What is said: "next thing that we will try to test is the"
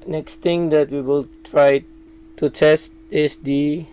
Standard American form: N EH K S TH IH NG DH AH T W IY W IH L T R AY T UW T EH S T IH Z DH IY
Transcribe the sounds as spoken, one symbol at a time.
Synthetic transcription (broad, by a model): N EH K S T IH NG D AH T W IY W IH L T R AY T UW T EH S T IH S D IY